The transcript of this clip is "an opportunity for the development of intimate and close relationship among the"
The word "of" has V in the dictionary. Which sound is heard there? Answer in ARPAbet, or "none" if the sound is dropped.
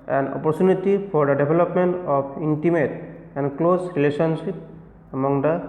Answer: P